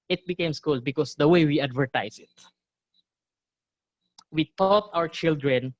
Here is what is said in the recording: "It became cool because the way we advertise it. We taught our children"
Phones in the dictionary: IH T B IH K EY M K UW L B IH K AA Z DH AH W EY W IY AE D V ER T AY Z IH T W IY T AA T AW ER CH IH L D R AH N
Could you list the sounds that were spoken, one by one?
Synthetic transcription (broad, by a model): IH T B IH K EY M K UW L B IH K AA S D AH W EY W IY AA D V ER T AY S IH T W IY T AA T AW ER CH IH L D R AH N